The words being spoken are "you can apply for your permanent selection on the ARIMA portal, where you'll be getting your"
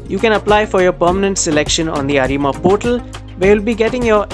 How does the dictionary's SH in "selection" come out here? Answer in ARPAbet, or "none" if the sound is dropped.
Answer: SH